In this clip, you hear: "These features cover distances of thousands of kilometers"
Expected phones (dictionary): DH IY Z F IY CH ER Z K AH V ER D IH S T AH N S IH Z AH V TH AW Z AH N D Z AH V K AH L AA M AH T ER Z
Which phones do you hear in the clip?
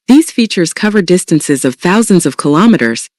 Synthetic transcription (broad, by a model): DH IY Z F IY CH ER Z K AH V ER D IH S T AH N S IH Z AH V TH AW Z AH N D Z AH V K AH L AA M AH T ER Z